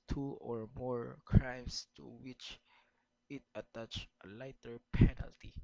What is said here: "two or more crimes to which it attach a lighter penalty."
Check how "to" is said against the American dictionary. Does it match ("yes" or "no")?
yes